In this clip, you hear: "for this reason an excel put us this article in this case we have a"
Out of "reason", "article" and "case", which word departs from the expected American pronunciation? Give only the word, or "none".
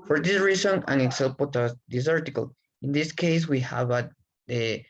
reason